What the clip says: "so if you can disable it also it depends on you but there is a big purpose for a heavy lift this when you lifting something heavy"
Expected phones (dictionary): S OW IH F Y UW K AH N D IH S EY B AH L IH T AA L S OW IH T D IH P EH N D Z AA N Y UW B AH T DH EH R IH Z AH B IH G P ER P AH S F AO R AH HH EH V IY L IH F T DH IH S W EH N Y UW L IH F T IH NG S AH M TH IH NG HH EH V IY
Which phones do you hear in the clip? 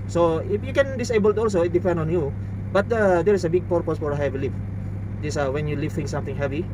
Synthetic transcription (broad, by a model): S OW IH F Y UW K AH N D IH S EY B AH L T AA L S OW IH T D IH P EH N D AA N Y UW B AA T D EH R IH S AH B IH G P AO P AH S F AO R AH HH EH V L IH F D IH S W EH N Y UW L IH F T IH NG S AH M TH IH NG HH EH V IY